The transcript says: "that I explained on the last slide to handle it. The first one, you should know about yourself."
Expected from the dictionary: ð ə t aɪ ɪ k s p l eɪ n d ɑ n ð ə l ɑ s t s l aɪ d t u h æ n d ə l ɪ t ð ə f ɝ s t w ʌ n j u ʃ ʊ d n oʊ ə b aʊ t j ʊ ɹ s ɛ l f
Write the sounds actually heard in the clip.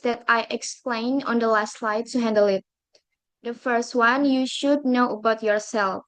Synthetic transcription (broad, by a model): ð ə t aɪ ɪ k s p l eɪ n ɑ n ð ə l ɑ s t l aɪ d t u h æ n d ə l ɪ t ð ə f ɝ s t w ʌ n j u ʃ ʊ d n oʊ ə b aʊ t j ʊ ɹ s ɛ l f